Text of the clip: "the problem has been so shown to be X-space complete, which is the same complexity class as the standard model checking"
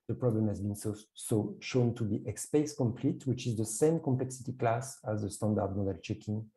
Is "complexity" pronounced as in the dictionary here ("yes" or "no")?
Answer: yes